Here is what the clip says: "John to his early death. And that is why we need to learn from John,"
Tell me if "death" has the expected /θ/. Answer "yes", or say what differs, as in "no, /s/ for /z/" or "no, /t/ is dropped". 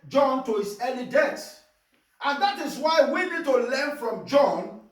no, /s/ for /θ/